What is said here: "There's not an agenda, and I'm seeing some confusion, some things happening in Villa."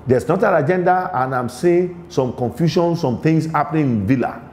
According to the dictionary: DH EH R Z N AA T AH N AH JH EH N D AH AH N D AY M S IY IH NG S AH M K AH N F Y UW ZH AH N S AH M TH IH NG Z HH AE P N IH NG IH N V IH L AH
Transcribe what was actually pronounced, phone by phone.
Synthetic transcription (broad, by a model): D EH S N AA T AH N AH JH EH N D AH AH N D AY M S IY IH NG S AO M K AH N F Y UW SH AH N S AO M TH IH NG S HH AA P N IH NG IH N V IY L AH